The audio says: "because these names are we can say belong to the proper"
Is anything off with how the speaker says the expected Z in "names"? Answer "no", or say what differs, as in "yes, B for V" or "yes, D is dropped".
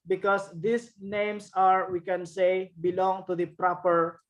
yes, S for Z